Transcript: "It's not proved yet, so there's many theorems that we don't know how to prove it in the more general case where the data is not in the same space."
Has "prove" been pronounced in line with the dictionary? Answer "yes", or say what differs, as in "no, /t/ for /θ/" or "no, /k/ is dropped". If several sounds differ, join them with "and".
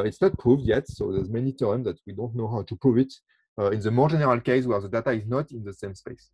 no, /ɹ/ is dropped